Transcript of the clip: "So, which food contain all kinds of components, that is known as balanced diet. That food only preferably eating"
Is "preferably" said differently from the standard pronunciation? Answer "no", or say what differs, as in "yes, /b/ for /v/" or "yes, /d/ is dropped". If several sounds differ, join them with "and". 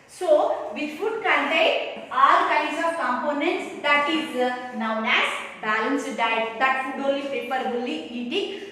yes, /ɹ/ is dropped and /p/ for /f/ and /b/ is dropped